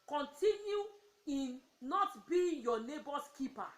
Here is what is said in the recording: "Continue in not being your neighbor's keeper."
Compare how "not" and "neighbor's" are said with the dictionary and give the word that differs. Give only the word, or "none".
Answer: neighbor's